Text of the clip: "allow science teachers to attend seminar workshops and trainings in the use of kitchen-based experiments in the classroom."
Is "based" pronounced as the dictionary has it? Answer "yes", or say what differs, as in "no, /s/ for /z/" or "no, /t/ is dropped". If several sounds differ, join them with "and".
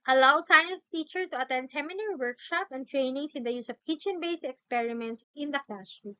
no, /t/ is dropped